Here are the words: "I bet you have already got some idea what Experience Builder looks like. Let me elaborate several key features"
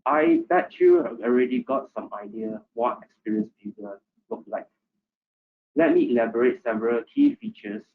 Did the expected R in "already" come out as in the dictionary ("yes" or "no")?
yes